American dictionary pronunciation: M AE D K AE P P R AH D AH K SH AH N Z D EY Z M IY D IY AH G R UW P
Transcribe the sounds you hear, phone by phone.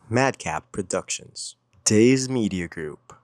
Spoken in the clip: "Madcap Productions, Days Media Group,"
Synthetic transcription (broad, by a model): M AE D K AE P P R AH D AH K SH AH N Z D EY Z M IY D IY AH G R UW P